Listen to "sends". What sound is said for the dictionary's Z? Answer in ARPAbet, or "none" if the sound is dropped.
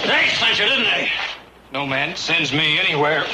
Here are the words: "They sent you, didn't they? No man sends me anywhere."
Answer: Z